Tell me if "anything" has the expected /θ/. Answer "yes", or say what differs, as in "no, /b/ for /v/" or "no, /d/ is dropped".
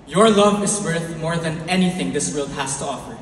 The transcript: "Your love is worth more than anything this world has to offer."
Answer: yes